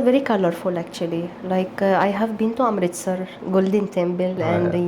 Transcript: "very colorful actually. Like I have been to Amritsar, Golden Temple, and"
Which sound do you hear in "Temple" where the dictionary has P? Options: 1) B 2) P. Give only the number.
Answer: 1